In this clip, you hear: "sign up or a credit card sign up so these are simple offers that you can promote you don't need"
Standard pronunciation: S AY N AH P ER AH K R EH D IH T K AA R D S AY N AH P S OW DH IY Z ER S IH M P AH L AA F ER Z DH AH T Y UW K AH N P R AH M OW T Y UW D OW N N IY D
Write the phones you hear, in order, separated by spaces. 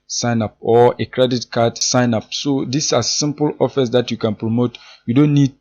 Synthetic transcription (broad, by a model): S AY N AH P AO AH K R EH D IH T K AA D S AY N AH P S OW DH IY S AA S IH M P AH L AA F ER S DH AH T Y UW K AH N P R AH M OW T Y UW D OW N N IY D